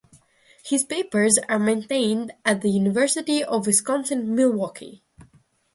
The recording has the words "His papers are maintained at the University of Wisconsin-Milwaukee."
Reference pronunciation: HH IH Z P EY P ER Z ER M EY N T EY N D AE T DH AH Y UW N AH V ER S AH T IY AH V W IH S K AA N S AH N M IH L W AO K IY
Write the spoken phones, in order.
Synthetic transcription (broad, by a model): HH IH Z P EY P ER Z ER M EY N T EY N D AE T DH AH Y UW N AH V ER S AH T IY AH V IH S K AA N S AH N M IH L W AO K IY